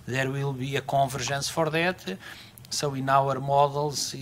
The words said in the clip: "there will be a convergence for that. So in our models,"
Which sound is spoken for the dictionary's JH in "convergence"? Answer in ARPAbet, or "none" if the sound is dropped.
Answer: ZH